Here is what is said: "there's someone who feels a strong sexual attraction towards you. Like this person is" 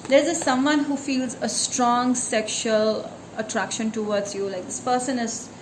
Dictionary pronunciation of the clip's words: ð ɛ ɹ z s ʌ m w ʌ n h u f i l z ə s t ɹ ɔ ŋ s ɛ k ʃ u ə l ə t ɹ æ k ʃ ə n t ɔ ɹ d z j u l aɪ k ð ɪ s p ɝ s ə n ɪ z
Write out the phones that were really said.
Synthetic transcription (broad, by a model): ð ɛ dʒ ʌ s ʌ m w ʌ n h u f i l z ə s t ɹ ɔ ŋ s ɛ k ʃ u ə l ə t ɹ æ k ʃ ə n t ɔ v d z j u l aɪ k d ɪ s p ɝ s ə n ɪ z